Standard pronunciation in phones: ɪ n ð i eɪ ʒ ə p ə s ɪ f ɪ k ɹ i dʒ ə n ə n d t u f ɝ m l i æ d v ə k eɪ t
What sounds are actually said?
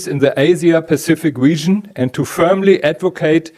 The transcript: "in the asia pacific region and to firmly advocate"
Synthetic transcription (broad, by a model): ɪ n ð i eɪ z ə p ə s ɪ f ɪ k ɹ i dʒ ə n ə n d t u f ɝ m l i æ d v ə k eɪ t